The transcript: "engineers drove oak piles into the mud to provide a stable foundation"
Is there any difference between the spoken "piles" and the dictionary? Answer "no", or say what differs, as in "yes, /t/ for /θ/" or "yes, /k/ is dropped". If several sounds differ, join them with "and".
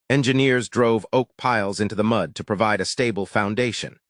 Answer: no